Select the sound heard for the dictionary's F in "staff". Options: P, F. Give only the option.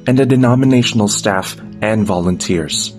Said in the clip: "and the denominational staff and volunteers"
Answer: F